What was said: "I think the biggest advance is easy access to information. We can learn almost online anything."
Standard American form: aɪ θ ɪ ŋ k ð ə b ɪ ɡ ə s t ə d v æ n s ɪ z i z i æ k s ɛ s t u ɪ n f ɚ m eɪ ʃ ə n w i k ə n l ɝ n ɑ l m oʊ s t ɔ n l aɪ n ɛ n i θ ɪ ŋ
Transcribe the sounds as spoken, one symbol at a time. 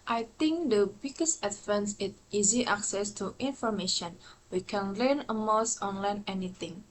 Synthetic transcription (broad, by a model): aɪ t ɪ ŋ k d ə b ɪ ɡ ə s t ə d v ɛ n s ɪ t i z i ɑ k s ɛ s t u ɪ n f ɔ m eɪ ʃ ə n w i k ə n l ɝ n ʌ m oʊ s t ɔ n l aɪ n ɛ n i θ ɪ ŋ